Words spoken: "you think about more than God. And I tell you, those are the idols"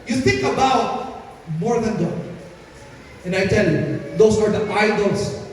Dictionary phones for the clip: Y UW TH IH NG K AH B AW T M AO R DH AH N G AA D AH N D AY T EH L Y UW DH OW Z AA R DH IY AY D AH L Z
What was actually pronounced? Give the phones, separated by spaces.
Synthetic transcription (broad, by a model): Y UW TH IH NG K AH B AW T M AO R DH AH N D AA AH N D AY T EH L Y UW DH OW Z AA R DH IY AY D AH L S